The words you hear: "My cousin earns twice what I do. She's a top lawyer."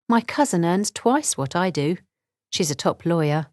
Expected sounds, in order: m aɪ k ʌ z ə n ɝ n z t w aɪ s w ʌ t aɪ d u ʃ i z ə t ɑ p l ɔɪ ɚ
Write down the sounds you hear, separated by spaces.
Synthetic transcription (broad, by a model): m aɪ k ʌ z ə n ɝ n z t w aɪ s w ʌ t aɪ d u ʃ i z ə t ɑ p l ɔɪ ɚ